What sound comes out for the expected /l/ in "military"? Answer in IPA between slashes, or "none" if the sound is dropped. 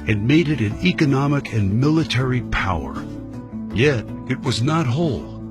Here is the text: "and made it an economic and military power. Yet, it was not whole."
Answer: /l/